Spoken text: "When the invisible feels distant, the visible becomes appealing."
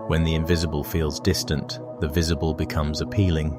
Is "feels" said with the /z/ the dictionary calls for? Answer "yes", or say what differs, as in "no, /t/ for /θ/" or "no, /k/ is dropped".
yes